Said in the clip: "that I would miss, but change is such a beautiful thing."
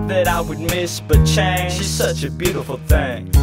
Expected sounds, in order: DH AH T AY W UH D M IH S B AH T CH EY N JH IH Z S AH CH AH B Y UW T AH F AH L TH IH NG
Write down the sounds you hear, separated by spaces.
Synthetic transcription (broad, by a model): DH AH T AY W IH D M IH S B AH T CH EY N SH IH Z S AH CH AH B Y UW T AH F L TH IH NG